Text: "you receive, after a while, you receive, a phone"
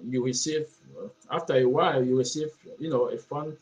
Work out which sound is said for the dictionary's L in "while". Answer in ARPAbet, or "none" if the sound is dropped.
L